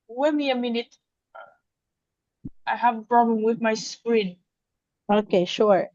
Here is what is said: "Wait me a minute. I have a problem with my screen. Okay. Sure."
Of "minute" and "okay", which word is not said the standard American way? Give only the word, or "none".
none